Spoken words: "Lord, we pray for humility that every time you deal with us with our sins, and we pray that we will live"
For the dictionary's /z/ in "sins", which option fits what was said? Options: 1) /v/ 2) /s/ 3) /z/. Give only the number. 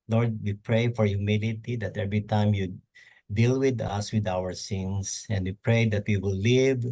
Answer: 2